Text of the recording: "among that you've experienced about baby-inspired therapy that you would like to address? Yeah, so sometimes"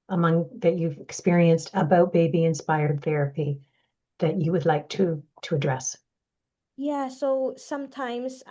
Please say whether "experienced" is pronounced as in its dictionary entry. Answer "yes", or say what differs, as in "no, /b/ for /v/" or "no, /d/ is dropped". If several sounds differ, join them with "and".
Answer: yes